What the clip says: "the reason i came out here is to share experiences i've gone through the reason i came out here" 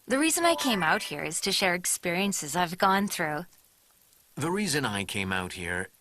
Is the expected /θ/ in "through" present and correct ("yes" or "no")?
yes